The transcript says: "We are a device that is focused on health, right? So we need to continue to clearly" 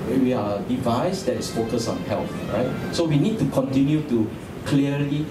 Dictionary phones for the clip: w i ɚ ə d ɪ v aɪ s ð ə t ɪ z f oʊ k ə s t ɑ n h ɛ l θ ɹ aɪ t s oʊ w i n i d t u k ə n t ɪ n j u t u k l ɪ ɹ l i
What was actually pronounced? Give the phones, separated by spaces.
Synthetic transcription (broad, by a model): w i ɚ ə d ɪ v aɪ s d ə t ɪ s f oʊ k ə s ɑ n h ɛ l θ ɹ aɪ t s oʊ w i n i d t u k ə n t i n j u t u k l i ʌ l i